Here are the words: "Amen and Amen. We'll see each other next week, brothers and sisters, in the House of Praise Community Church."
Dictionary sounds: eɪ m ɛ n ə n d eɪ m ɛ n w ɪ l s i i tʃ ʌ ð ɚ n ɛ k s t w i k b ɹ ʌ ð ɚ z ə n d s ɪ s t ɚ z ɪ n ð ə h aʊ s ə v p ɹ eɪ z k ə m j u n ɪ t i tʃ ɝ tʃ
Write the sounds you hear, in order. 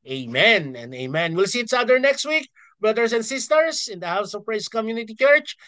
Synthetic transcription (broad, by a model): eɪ m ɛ n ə n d eɪ m ɛ n w ɪ l s i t s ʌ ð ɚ n ɛ k s t w i k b ɹ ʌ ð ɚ s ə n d s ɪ s t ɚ s ɪ n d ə h aʊ s ə v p ɹ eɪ s k ə m j u n ɪ t i tʃ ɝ tʃ